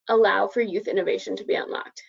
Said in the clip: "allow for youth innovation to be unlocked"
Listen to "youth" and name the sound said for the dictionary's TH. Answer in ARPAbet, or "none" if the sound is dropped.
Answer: TH